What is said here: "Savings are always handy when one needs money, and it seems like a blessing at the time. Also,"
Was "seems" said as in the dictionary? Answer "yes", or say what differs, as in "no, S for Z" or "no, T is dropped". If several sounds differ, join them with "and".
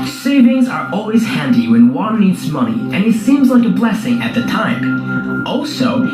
yes